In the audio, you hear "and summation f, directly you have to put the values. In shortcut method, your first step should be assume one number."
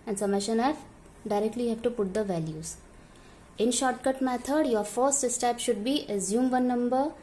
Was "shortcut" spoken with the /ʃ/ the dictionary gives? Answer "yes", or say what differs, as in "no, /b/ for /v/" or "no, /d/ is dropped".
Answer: yes